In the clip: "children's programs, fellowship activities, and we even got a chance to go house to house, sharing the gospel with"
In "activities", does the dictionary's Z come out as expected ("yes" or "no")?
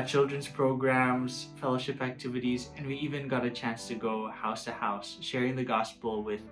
yes